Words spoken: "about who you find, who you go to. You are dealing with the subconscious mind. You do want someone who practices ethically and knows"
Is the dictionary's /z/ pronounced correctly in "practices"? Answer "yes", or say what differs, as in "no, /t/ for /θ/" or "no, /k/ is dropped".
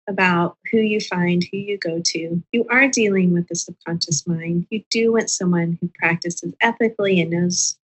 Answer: yes